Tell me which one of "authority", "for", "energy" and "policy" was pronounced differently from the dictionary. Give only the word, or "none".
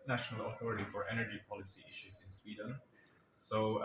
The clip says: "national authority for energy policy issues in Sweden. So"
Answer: none